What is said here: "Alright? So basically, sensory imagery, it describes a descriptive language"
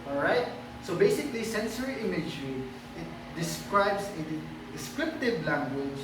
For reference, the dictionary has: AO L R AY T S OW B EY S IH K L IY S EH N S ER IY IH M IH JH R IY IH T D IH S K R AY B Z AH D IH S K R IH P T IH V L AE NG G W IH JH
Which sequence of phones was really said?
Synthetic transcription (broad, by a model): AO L R AY T S OW B EY S IH K L IY S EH N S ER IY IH M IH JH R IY IH T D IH S K R AY B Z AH D IH S K R IH P T IH V L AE NG G W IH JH